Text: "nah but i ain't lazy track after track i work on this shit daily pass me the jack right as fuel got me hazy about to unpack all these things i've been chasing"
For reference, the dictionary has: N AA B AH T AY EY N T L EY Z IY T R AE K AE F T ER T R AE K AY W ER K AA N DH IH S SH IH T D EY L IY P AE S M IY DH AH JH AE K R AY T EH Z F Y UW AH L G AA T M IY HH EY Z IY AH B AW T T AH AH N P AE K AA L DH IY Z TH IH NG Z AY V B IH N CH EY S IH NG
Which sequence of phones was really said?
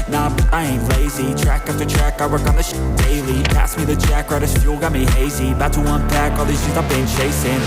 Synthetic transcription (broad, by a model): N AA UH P AY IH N L EY Z IY T R AE K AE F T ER T R AE K AY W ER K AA N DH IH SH D EY L IY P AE S M IY DH AH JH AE K R AY T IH S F Y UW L G AA T M IY HH EY Z IY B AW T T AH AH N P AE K AA L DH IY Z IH Z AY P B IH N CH EY S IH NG